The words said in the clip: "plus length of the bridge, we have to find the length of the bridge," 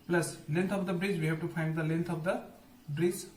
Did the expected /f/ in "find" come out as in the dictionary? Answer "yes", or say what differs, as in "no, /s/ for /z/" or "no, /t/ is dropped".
no, /p/ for /f/